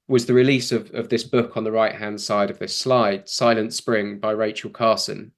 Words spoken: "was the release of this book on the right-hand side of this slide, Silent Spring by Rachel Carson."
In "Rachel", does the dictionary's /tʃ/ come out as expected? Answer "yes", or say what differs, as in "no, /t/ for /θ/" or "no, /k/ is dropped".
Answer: yes